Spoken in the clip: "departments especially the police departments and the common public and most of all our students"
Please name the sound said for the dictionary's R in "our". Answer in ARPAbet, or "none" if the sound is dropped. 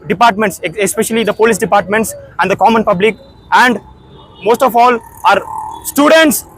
R